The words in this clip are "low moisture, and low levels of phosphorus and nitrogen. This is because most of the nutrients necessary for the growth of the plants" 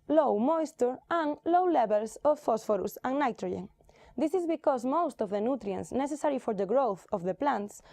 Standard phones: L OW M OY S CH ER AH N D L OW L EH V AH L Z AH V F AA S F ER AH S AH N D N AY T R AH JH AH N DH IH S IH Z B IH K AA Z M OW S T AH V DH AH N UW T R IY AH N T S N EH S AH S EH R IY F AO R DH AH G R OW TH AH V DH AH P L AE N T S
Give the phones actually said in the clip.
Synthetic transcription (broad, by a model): L OW M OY S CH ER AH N L OW L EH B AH L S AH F F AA S F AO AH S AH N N AY T R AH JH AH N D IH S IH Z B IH K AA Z M OW S T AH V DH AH N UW T R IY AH N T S N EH S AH S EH R IY F AO R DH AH G R OW TH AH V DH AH P L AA N T S